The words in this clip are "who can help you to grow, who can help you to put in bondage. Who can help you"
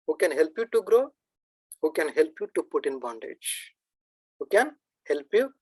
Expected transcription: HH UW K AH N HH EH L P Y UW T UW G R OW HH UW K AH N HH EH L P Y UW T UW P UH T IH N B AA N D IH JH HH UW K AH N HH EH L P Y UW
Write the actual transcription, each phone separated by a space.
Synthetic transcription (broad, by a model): HH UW K AH N HH EH L P Y UW T UW G R OW HH UW K AH N HH EH L P Y UW T UW P UH T IH N B AA N D IH JH HH UW K AH N HH EH L P Y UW